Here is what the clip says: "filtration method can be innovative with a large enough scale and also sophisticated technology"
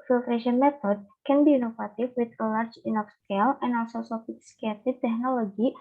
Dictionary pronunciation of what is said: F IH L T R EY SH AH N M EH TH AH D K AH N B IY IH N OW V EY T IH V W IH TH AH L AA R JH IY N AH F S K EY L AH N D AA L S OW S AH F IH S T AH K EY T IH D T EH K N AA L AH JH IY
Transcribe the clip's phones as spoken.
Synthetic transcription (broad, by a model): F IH L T R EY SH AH N M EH T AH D K AH N B IY N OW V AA T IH F W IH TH AH L AA R JH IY N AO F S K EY L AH N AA L S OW S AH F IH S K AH EY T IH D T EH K N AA L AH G IY